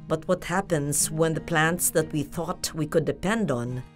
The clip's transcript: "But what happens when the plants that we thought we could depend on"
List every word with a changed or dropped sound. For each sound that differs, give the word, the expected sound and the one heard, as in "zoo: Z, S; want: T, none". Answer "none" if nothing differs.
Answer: none